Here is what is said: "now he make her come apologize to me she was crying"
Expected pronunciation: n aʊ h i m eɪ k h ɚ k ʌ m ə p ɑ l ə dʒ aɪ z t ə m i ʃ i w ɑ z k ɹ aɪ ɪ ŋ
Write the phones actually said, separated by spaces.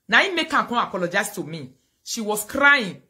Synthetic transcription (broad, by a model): n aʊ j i m eɪ k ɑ k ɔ ə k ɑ l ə dʒ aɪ s t ə m i ʃ i w ɑ s k ɹ aɪ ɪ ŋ